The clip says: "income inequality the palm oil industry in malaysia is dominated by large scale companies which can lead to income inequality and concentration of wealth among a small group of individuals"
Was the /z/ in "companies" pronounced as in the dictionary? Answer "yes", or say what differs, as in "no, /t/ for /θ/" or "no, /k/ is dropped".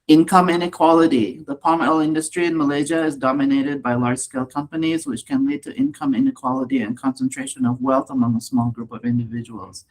yes